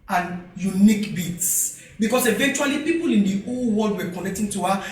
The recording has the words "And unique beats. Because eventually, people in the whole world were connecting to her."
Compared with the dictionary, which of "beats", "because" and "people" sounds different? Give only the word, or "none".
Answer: because